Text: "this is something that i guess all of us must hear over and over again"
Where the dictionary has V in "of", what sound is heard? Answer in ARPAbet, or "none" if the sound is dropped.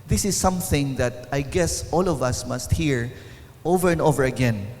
V